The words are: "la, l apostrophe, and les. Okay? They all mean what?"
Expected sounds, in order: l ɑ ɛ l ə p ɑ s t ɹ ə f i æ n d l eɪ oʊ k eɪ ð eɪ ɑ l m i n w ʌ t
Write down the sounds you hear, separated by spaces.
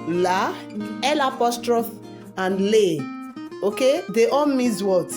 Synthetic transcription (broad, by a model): l ɑ ɛ l ə p ɑ s t ɹ ə f i n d l eɪ oʊ k eɪ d eɪ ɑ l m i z w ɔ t